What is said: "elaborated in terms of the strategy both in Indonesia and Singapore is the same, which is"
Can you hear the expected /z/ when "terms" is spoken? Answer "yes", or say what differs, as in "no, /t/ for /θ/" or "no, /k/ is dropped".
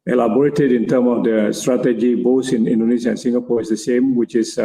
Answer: no, /z/ is dropped